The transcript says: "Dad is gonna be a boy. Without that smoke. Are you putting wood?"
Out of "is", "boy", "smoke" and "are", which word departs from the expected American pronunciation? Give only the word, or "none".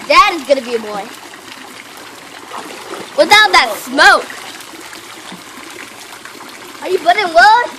none